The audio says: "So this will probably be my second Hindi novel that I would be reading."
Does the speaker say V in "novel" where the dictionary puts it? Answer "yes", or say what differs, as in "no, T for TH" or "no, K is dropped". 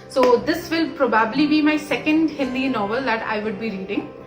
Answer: yes